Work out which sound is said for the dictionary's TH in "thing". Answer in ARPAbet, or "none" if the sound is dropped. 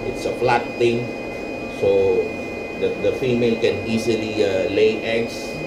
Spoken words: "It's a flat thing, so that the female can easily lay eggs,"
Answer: T